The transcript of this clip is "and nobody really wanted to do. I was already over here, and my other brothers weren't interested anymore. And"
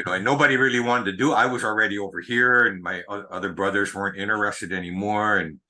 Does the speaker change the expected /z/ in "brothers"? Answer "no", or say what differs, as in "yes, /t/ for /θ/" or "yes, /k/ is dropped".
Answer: no